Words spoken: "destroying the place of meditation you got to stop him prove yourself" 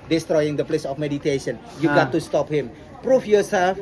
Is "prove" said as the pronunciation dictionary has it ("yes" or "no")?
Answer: no